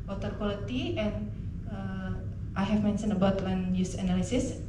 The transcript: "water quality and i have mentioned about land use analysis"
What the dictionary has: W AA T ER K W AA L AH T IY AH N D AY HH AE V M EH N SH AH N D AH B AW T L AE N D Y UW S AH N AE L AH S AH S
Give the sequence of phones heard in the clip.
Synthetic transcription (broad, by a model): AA T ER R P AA L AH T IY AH N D AY HH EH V M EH N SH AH N AH B AW T W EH N Y UW S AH N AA L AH S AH S